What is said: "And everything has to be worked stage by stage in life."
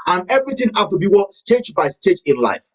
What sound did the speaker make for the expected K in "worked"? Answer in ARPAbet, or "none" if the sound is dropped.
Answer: none